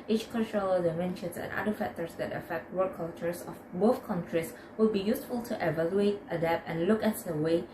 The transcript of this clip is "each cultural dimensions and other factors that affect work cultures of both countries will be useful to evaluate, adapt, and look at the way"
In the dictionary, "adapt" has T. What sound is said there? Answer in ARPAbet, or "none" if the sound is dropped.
none